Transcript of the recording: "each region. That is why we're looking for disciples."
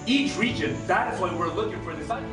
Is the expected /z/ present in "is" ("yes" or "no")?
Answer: yes